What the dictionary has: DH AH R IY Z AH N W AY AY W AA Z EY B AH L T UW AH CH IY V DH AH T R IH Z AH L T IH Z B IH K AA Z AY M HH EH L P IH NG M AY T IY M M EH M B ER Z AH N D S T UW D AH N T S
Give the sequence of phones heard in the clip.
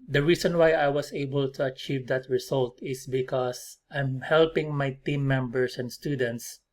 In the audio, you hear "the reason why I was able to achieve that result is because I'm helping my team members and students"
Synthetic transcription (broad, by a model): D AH R IY S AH N W AY AY W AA S EY B AH L T UW AH CH IY V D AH T R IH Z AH L T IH S B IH K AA S AY M HH EH L P IH NG M AY T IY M M EH M B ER S AH N D S T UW D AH N T S